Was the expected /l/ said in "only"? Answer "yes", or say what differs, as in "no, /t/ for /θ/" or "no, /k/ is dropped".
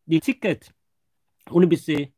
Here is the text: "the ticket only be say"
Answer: no, /l/ is dropped